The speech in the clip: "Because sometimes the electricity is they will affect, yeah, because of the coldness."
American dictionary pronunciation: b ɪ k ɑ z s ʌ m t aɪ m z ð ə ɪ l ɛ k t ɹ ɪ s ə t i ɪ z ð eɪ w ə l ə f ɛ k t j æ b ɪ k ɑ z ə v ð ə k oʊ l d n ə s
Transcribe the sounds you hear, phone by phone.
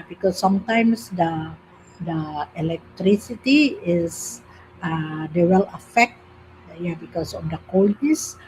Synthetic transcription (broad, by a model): b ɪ k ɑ s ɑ m t aɪ m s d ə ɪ l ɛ k t ɹ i s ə t i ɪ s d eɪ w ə l ə f ɛ k t j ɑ b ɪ k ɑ s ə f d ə k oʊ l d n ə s